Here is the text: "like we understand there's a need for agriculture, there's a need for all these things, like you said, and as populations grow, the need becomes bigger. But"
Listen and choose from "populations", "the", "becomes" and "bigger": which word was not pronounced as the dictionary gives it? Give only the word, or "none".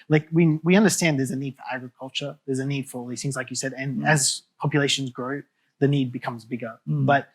none